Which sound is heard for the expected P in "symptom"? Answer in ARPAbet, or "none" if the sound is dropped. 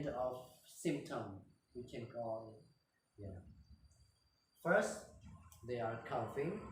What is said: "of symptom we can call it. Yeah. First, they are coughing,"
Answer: P